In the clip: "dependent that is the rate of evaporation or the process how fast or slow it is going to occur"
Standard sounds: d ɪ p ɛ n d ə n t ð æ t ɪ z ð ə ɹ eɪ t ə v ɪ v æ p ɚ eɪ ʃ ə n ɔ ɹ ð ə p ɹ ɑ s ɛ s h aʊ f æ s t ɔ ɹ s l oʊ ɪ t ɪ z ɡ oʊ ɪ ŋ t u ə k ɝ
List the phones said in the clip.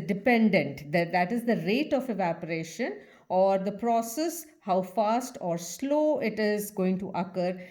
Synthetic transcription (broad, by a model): d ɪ p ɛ n d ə n t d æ t ɪ z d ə ɹ eɪ t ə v ɪ v æ p ɚ eɪ ʃ ə n ɔ ɹ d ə p ɹ ɑ s ɛ s h aʊ f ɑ s t ɔ ɹ s l oʊ ɪ t ɪ z ɡ oʊ ɪ ŋ t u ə k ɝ